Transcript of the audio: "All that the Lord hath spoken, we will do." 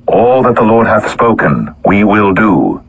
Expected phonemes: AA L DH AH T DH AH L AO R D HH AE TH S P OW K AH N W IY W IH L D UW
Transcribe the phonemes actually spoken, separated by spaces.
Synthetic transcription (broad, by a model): AA L DH AH T DH AH L AO R D HH AE TH S P OW K AH N W IY W IH L D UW